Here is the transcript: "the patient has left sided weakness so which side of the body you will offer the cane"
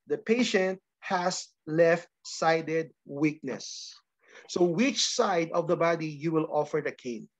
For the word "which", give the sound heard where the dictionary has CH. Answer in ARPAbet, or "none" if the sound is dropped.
CH